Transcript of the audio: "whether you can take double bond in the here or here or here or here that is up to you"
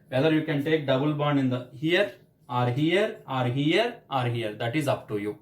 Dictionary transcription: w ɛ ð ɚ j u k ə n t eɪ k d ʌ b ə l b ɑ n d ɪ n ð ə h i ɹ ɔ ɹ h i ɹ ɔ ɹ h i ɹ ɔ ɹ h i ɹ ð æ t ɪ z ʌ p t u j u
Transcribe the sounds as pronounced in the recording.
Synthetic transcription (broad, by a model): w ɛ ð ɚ j u k ə n t eɪ k d ʌ b ə l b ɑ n ɪ n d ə h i ɹ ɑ ɹ h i ɹ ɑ ɹ h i ɹ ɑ ɹ h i ɹ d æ t ɪ z ʌ p t u j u